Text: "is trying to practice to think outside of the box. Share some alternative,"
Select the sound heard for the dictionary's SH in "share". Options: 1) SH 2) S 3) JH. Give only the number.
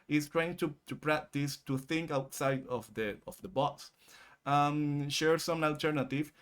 1